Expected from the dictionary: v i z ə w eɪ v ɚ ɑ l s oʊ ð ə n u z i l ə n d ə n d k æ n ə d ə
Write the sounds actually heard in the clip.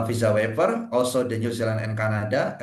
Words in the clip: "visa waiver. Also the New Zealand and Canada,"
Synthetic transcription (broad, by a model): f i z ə w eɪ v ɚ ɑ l s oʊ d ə n u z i l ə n ə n k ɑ n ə d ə